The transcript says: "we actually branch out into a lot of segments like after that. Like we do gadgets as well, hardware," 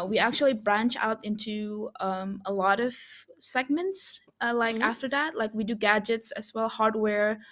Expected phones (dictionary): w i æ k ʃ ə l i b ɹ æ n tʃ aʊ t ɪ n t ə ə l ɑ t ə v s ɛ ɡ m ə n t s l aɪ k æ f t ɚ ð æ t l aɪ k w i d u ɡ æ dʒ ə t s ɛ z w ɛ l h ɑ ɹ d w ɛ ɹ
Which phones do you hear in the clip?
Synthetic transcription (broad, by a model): w i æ k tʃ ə l i b ɹ æ n tʃ aʊ t ɪ n t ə ə l ɑ t ə v s ɛ ɡ m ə n t s l aɪ k æ f t ɚ ð æ t l aɪ k w i d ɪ ɡ æ dʒ ə t s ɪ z w ɛ l h ɑ ɹ d w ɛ ɹ